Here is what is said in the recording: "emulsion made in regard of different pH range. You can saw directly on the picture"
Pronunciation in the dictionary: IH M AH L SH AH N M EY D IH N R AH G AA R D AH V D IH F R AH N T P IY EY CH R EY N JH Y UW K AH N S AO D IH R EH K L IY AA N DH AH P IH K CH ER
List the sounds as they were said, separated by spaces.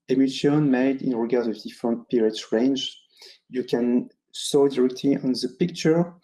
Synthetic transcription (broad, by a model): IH M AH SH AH N M EY D IH N R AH G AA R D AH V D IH F R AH N T P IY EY S R EY N JH Y UW K AH N S AO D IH R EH K L IY AA N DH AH P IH K CH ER